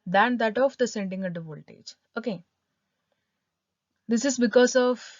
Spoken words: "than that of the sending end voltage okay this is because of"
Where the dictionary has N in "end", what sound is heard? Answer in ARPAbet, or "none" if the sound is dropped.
none